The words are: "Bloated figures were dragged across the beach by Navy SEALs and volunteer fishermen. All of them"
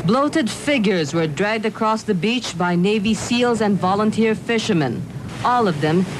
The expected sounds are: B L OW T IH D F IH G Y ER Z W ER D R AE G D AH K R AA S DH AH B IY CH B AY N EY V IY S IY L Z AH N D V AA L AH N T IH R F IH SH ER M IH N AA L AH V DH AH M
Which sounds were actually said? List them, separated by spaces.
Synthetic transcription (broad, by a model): B L OW T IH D F IH G Y ER Z W ER D R AE G D AH K R AA S DH AH B IY CH B AY N EY V IY S IY L Z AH N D V AA L AH N T IH R F IH SH ER M IH N AA L AH V DH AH M